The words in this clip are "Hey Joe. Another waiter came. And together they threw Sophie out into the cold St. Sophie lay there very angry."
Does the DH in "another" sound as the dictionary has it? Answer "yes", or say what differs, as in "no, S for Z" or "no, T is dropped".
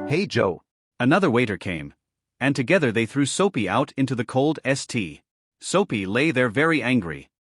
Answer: yes